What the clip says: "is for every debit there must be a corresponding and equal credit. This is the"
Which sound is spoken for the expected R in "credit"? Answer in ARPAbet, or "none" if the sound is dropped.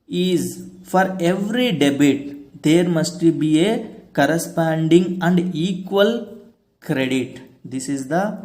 R